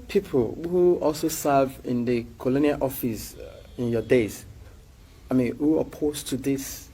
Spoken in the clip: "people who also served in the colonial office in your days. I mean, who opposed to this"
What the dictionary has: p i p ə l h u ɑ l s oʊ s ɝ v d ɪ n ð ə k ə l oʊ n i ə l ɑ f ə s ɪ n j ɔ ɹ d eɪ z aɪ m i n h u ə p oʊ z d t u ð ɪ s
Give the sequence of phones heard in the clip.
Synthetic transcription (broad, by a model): p i p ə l h u ɑ l s oʊ s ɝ v ɪ n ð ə k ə l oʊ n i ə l ɑ f ə s ɪ n j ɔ d eɪ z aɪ m i n h u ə p oʊ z t u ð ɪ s